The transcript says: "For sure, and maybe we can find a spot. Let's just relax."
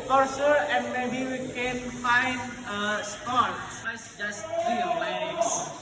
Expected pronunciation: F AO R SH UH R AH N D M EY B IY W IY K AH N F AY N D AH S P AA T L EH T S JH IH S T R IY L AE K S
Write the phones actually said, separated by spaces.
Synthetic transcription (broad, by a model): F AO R S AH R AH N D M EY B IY W IY K AH N F AY N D AH S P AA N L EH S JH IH S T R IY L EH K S